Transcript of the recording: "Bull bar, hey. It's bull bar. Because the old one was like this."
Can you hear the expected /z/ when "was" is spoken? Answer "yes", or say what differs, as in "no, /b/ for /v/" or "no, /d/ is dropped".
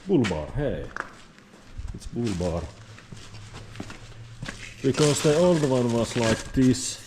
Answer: no, /s/ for /z/